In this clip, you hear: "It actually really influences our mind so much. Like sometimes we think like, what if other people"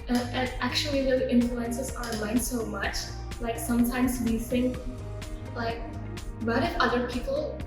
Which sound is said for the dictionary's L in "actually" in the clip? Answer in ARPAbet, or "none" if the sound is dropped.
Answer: none